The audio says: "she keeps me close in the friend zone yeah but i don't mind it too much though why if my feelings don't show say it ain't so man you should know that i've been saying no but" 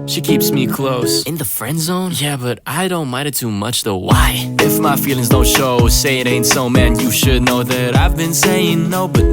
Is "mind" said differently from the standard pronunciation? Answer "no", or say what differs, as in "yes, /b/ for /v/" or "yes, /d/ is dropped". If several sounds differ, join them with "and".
yes, /n/ is dropped